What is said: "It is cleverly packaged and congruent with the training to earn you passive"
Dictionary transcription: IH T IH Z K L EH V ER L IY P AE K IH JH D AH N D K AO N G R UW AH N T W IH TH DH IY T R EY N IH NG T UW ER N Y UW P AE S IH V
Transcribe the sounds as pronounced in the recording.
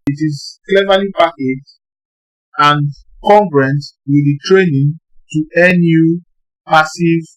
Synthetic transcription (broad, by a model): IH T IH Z K L EH V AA L IY P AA K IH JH AH N K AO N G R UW N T W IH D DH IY T R EY N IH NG T UW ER N Y UW P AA S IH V